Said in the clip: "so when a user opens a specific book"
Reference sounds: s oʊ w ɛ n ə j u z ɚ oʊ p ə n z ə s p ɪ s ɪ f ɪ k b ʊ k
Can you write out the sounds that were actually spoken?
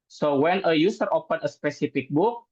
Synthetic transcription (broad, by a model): s oʊ w ɛ n ə j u s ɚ oʊ p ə n ə s p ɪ s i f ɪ k b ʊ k